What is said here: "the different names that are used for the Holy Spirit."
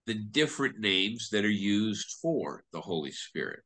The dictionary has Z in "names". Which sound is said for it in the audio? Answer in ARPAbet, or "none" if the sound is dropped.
Z